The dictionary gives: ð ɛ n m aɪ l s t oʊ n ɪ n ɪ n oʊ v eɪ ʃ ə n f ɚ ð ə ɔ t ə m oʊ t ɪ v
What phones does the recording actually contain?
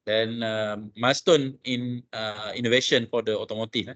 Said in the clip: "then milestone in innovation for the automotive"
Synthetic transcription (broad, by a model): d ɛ n m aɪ s t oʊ n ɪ n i n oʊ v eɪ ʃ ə n f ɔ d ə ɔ t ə m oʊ t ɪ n